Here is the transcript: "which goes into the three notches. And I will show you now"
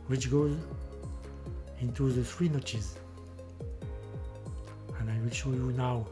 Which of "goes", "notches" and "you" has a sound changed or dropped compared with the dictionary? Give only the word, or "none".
none